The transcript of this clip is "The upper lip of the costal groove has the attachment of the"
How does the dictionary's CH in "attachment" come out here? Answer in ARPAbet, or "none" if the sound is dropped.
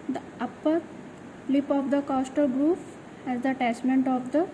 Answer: S